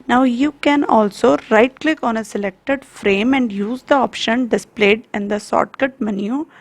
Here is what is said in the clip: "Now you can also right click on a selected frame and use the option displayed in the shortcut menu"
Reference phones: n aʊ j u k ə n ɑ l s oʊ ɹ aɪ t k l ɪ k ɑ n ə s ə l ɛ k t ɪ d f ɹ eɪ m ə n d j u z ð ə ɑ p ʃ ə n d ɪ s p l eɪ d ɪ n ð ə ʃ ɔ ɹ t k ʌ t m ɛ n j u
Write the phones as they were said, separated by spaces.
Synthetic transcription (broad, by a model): n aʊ j u k ə n ɑ l s oʊ ɹ aɪ t k l ɪ k ɑ n ə s ə l ɛ k t ɪ d f ɹ eɪ m ə n d j u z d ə ɑ p ʃ ə n d ɪ s p l eɪ d ɪ n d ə s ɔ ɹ t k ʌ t m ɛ n j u